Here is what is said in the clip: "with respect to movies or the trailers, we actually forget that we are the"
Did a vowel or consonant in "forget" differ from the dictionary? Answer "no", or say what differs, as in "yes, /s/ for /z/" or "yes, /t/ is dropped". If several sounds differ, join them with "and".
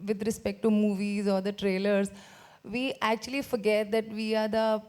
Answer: no